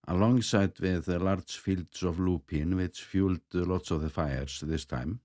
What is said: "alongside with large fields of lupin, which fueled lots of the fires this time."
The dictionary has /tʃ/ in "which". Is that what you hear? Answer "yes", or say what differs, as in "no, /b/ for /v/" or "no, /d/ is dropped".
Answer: no, /s/ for /tʃ/